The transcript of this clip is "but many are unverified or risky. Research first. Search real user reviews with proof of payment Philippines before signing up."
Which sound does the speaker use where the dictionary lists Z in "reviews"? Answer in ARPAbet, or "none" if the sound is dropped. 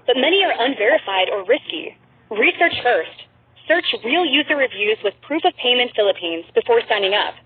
Z